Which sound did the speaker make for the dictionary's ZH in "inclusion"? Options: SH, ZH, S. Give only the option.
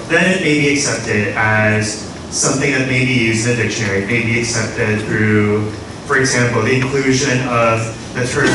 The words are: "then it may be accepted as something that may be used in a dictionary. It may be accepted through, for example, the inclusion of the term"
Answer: ZH